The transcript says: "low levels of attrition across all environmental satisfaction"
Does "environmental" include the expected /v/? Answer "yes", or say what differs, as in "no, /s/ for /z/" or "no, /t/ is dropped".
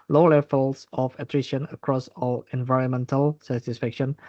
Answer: yes